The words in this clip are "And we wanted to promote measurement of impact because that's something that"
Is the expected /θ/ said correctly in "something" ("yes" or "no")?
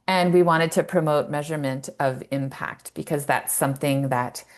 yes